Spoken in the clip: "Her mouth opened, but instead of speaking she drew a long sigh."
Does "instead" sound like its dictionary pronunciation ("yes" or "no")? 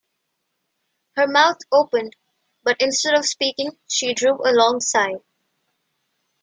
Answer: yes